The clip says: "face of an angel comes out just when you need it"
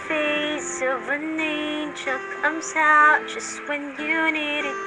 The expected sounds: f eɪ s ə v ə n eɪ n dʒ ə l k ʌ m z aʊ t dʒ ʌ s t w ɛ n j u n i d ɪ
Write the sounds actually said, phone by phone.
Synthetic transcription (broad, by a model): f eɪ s ə v ə n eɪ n tʃ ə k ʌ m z aʊ t dʒ ʌ s t w ɛ n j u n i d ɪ